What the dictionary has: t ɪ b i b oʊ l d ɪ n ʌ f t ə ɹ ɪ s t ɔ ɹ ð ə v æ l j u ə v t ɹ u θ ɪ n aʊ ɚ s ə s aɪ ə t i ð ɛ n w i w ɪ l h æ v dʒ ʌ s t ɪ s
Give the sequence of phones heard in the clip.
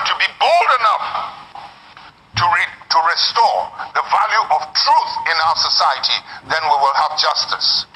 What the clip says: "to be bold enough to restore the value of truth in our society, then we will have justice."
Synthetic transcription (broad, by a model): t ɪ b i b oʊ l d ɪ n ʌ f t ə ɹ ɪ s t ɔ ɹ ð ə v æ l j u ə v t ɹ u θ ɪ n aʊ ɚ s ə s aɪ ə t i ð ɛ n w i w ɪ l h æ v dʒ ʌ s t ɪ s